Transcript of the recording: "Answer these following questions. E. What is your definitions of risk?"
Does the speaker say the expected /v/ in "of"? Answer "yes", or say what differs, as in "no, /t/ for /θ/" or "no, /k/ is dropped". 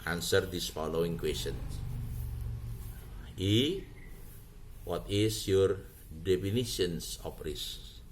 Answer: no, /p/ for /v/